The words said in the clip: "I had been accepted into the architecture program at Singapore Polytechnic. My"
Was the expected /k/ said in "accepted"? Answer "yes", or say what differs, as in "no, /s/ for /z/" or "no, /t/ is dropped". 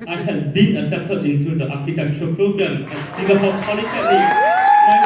no, /k/ is dropped